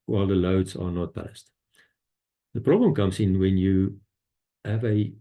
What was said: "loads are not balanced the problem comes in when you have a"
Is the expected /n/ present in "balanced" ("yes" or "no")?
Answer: no